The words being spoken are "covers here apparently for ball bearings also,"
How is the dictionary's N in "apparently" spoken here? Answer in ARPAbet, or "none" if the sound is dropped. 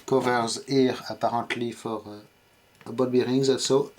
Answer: none